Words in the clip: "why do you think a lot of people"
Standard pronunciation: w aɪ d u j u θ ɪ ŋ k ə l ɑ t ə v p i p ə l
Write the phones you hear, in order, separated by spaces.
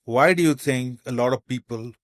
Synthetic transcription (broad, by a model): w aɪ d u j u t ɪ ŋ k ə l ɑ t ə v p i p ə l